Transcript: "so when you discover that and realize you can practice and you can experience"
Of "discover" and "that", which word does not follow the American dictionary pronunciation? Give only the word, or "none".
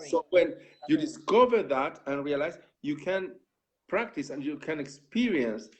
none